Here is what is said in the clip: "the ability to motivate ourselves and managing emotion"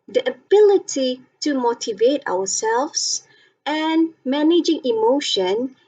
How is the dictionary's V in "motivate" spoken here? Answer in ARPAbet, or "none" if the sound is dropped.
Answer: V